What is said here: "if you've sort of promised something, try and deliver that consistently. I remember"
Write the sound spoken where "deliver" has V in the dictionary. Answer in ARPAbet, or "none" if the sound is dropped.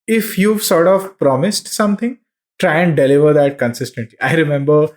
V